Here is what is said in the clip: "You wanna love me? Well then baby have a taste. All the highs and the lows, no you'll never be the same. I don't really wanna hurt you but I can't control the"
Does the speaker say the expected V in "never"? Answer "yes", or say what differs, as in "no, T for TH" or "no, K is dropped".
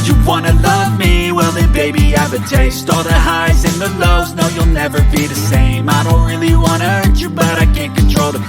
yes